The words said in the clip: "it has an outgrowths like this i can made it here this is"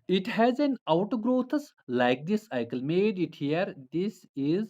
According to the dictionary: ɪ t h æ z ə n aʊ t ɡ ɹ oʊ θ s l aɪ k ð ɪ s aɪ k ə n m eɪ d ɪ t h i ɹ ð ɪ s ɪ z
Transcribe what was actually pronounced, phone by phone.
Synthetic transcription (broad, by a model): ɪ t h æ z ə n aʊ t ɡ ɹ oʊ t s l aɪ k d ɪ s aɪ k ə l m eɪ d ɪ t h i ɹ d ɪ s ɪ z